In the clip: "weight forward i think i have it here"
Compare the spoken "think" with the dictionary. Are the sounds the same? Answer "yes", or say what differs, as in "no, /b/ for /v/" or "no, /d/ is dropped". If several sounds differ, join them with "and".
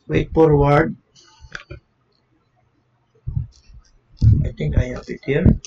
no, /t/ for /θ/